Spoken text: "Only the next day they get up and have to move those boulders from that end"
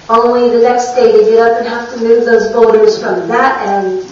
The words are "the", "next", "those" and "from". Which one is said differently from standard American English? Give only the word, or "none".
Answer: none